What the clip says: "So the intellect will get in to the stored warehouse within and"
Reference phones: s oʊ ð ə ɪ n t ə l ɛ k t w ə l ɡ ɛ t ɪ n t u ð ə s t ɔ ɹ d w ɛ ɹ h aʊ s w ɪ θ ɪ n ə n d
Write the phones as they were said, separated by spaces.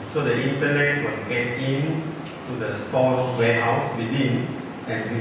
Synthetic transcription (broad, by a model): s oʊ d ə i n t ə n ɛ t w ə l ɡ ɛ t ɪ n t u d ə s t ɔ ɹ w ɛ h aʊ s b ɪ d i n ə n